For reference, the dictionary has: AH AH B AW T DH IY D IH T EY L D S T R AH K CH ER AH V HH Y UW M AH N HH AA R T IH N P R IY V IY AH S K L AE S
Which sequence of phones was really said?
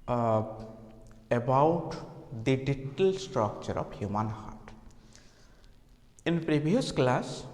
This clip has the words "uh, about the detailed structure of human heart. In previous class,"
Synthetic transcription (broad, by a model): AH B AW T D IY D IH T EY L S T R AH K CH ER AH B HH Y UW M AH N HH AA R T IH N P R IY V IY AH S K L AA S